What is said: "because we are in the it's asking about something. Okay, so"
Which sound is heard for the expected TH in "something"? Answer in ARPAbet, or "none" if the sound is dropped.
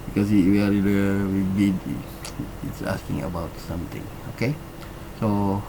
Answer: T